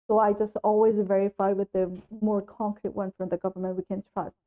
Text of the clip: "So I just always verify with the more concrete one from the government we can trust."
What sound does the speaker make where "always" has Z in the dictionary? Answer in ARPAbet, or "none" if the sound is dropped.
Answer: Z